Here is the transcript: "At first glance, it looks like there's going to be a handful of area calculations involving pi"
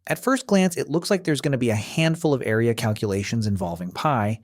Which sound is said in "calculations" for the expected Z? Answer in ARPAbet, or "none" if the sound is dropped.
Z